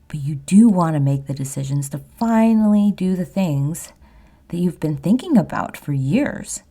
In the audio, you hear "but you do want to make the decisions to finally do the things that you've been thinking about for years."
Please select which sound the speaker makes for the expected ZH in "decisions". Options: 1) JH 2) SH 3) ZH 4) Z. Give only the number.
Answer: 3